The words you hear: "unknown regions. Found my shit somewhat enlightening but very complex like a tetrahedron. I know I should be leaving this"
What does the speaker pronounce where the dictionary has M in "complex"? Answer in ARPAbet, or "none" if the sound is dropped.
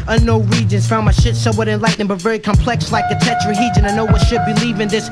M